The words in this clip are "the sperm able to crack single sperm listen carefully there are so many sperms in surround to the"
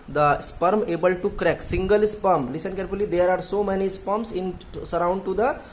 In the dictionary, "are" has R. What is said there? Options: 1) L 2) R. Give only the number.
2